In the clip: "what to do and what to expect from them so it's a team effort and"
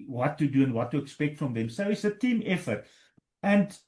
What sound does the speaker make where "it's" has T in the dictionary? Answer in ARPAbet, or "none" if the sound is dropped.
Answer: T